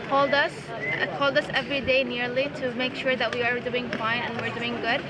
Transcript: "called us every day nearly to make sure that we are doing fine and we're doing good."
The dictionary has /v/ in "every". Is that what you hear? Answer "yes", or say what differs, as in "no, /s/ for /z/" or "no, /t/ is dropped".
yes